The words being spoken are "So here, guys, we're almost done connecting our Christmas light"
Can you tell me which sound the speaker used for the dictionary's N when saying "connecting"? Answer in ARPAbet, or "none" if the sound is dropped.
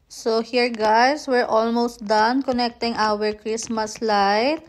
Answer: N